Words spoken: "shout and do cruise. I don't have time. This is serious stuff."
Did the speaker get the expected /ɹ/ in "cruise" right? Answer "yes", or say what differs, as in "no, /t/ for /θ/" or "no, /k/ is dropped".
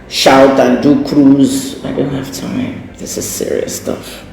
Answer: yes